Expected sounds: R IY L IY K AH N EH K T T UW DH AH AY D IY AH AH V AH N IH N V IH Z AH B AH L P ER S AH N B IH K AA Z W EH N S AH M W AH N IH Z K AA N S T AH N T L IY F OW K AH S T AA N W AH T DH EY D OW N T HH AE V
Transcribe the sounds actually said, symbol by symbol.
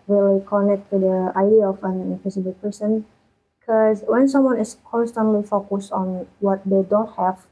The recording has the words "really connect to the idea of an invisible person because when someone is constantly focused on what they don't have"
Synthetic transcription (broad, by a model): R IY L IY K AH N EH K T T UW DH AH AY D IY AH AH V AH N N F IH S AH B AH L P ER S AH N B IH K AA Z W EH N S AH M W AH N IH S K AA N S T AH N T L IY F OW K AH S T AA N W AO T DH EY D OW N T HH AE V